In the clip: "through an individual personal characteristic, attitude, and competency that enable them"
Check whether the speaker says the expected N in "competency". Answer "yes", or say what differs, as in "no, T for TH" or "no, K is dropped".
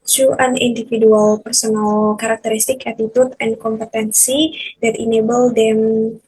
yes